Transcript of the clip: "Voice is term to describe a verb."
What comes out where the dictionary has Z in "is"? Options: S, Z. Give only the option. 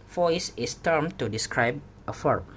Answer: S